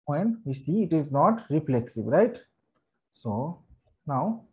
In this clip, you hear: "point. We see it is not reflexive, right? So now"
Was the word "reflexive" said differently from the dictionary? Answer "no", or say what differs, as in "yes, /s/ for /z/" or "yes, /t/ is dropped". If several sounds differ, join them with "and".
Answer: yes, /b/ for /v/